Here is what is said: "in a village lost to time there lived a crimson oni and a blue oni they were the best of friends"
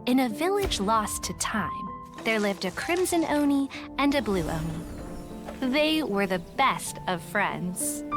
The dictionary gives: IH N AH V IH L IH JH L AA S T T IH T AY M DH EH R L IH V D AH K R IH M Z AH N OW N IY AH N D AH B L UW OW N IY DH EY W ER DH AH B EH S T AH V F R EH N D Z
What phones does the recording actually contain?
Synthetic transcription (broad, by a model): IH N AH V IH L IH JH L AA S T T IH T AY M DH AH R L IH V D AH K R IH M Z AH N OW N IY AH N AH B L UW OW N IY DH EY W ER DH AH B EH S T AH V F R EH N D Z